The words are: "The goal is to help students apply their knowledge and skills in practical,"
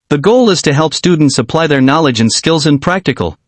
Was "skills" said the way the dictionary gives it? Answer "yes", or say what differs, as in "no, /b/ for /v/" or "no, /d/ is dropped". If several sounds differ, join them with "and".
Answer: yes